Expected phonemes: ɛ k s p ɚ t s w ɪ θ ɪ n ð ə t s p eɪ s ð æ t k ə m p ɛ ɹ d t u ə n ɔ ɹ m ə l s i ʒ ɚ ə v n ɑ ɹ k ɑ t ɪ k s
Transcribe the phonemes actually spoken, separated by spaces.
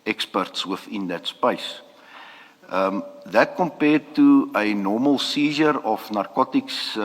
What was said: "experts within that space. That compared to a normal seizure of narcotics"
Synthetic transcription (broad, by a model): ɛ k s p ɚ t s w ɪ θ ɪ n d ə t s p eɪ s ð æ t k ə m p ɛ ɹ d t u ə n ɔ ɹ m ə l s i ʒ ɚ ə f n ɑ ɹ k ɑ t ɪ k s